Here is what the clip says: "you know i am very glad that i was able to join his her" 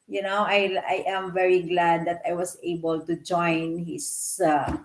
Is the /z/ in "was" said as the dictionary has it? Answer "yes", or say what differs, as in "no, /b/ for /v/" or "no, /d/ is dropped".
no, /s/ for /z/